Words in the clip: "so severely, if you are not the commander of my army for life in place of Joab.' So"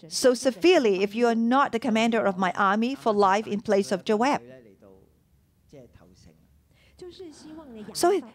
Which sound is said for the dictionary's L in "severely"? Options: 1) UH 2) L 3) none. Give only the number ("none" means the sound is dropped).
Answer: 2